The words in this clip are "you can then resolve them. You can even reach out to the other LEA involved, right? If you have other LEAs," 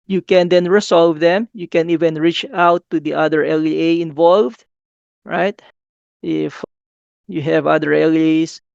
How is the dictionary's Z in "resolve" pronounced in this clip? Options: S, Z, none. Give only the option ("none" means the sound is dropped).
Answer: S